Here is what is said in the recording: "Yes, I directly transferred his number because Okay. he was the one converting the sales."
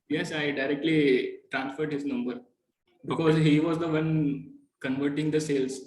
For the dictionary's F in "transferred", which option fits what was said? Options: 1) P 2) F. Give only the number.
2